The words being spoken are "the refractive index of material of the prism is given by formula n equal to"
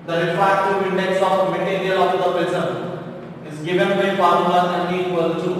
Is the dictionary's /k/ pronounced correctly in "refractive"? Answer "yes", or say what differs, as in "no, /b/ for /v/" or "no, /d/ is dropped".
no, /k/ is dropped